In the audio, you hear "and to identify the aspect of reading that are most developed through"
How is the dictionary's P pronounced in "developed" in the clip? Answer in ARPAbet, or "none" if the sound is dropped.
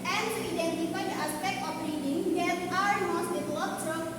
none